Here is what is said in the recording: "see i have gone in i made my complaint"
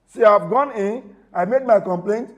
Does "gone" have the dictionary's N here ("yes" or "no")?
yes